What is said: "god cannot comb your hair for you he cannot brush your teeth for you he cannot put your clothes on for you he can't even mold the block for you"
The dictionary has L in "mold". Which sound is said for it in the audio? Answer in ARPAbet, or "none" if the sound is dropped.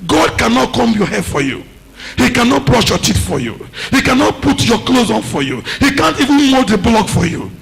none